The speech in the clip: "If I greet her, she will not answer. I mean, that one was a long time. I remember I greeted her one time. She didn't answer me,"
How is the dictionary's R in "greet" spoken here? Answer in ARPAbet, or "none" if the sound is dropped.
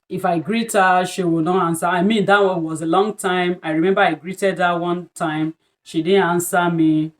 R